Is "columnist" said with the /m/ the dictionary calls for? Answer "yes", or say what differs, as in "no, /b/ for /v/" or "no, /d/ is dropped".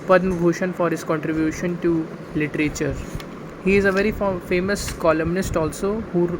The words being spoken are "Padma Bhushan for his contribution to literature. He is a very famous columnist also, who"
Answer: yes